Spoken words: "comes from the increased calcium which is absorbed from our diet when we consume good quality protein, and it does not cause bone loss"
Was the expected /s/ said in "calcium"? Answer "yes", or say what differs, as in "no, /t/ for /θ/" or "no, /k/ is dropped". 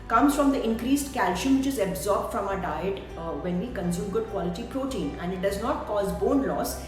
no, /ʃ/ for /s/